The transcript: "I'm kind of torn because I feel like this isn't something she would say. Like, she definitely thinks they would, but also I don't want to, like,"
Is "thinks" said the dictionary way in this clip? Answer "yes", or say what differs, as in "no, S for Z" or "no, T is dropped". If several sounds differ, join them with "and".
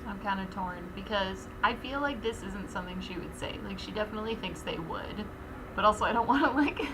yes